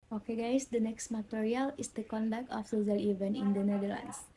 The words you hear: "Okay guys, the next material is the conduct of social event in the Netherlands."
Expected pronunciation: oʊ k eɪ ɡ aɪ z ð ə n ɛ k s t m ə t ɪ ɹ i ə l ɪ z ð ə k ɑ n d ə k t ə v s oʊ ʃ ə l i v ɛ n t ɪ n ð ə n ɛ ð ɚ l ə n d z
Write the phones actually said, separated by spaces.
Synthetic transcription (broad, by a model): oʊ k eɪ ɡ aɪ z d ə n ɛ k s t m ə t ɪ ɹ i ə l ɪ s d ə k ɑ n d ə k t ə f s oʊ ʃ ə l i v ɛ n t ɪ n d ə n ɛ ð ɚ l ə n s